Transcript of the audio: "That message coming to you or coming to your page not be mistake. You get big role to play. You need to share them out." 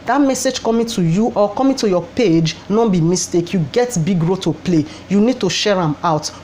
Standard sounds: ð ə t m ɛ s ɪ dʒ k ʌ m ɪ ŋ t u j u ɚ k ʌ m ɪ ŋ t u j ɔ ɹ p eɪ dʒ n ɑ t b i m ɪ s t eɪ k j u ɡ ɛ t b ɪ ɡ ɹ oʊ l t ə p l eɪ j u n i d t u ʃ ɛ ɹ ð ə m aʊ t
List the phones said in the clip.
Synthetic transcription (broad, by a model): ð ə t m ɛ s ɪ dʒ k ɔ m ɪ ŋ t u j u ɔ k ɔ m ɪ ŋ t u j ɔ p eɪ dʒ n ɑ b i m ɪ s t eɪ k j u ɡ ɛ t b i ɡ ɹ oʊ t ə p l eɪ j u n i d t u ʃ ɛ ɹ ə m aʊ t